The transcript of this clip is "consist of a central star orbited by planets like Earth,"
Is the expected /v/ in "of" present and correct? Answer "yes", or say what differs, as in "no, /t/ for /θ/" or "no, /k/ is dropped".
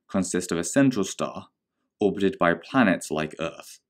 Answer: yes